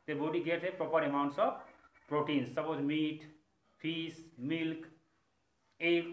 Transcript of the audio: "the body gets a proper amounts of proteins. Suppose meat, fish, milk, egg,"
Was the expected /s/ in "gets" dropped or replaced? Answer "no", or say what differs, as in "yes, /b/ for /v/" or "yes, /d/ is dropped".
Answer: yes, /s/ is dropped